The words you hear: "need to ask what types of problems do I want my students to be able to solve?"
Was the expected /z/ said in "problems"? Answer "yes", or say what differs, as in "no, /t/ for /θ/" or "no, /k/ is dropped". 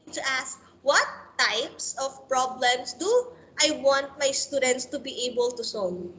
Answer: no, /s/ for /z/